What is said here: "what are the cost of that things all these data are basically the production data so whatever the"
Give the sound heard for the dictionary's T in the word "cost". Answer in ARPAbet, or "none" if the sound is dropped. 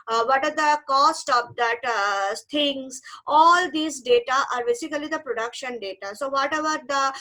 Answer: T